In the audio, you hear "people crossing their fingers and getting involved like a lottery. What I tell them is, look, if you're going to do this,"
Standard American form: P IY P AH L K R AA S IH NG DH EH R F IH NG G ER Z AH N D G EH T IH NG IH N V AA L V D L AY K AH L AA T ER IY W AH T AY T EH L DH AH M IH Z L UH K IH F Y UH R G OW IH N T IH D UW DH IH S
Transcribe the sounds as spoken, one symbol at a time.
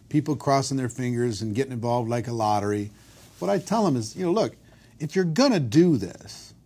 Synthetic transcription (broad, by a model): P IY P L K R AA S IH NG DH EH R F IH NG G ER Z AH N G EH T IH NG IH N V AA L V D L AY K AH L AA T ER IY W AH T AY T EH L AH M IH Z L UH K IH F Y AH R G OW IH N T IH D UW DH IH S